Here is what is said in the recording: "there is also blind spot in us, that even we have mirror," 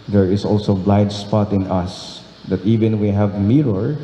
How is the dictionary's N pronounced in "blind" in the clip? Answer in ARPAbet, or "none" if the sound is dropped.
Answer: none